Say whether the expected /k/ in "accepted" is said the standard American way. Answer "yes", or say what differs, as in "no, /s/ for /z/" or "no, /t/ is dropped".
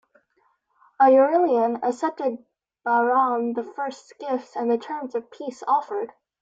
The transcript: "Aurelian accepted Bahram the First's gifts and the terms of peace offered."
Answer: no, /k/ is dropped